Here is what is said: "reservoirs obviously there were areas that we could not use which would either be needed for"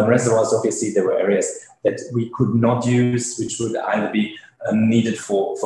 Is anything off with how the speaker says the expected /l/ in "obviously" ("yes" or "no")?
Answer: yes